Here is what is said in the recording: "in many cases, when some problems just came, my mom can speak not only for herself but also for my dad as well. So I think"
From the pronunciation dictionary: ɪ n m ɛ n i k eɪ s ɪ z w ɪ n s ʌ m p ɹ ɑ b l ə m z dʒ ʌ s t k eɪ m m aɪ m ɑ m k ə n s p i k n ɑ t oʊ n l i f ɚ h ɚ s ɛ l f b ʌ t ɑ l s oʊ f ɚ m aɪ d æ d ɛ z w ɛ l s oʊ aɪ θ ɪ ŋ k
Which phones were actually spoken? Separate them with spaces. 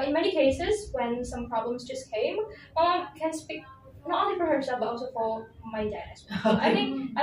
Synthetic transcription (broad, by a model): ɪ n m ɛ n i k eɪ s ɪ z w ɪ n s ʌ m p ɹ ɑ b l ə m z dʒ ʌ s k eɪ m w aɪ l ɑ k ə n s p i k n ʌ t oʊ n l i f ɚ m s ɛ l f b ʌ t ɑ l s oʊ f ɚ m aɪ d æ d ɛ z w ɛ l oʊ aɪ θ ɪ ŋ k